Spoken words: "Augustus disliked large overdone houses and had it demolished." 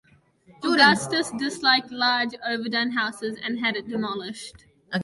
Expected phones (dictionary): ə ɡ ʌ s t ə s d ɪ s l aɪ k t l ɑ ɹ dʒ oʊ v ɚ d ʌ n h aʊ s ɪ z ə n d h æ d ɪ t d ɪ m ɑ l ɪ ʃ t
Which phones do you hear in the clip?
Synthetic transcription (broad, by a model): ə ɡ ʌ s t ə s d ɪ s l aɪ k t l ɑ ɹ dʒ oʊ v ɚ d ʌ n h aʊ s ɪ z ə n h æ d ɪ t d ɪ m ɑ l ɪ ʃ t